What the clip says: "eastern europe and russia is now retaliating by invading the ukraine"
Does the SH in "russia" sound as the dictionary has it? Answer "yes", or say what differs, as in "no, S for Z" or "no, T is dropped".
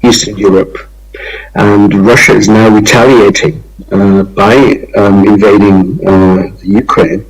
yes